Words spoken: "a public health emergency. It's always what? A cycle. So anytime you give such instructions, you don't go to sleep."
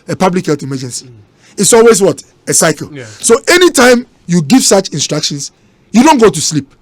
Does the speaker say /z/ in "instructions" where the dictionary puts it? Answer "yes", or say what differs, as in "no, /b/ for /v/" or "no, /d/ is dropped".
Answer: no, /s/ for /z/